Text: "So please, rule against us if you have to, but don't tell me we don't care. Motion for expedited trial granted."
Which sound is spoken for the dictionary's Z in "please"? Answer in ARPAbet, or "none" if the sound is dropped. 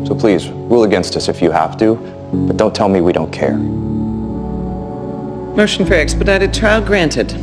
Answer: Z